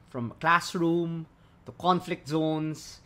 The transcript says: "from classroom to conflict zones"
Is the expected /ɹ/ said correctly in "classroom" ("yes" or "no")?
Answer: yes